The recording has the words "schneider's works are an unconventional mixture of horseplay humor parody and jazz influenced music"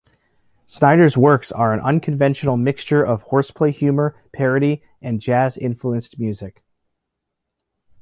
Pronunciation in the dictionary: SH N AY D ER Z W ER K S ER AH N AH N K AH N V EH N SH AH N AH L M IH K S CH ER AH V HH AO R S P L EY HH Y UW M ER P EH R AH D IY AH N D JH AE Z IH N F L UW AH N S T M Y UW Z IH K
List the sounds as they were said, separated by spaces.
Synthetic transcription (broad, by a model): S N AY D ER Z W ER K S ER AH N AH N K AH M V EH N SH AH N L M IH K S CH ER AH V HH AO R S P L EY HH Y UW M ER P EH R AH D IY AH N JH AE Z IH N F L UW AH N S T M Y UW Z IH K